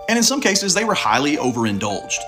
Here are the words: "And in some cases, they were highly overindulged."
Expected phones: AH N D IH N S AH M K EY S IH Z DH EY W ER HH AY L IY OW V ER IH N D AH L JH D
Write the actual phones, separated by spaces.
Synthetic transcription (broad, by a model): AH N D IH N S AH M K EY S IH Z DH EY W ER HH AY L IY OW V ER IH N D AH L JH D